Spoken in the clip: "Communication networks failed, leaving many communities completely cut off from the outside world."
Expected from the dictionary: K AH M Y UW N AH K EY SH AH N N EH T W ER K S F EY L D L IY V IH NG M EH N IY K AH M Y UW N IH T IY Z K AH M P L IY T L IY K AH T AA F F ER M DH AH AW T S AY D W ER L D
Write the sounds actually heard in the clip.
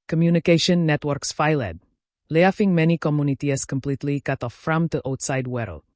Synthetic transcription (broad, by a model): K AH M Y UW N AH K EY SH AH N N EH T W ER K S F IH L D L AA F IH NG M EH N IY K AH M Y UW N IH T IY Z K AH M P L IY T L IY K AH T AA F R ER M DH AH AW T S AY D W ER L